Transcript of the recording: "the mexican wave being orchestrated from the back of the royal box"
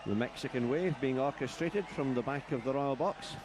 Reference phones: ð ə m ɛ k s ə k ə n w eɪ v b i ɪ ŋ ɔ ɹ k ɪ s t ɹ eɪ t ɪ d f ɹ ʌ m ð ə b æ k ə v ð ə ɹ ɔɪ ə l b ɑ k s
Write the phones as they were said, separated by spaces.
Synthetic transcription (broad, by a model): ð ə m ɛ k s ə k ə n w eɪ v b i ɪ ŋ ɔ ɹ k ɪ s t ɹ eɪ t ɪ d f ɹ ʌ m ð ə b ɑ k ə v ð ə ɹ ɔɪ ə l b ɑ k s